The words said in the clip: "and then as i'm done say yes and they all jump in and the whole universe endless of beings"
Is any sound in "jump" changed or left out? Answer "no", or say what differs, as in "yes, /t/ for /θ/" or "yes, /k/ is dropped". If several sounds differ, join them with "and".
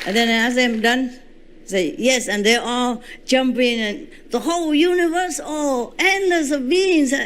no